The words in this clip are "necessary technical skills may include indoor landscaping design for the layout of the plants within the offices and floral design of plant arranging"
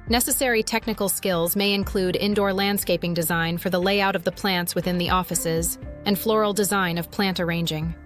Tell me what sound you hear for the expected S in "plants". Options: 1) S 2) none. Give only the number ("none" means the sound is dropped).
1